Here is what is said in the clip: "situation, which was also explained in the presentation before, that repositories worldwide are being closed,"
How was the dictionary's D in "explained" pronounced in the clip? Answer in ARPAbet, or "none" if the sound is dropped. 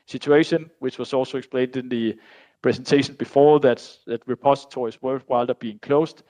D